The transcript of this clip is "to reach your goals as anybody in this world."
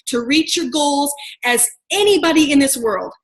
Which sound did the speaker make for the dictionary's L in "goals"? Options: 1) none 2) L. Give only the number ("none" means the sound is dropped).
2